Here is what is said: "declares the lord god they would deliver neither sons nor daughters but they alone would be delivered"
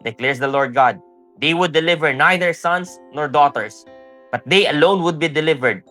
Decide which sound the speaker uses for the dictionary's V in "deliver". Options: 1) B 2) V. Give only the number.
2